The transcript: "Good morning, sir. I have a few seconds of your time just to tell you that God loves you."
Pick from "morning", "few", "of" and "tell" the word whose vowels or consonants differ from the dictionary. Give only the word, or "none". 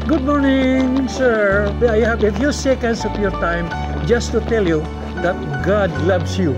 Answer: of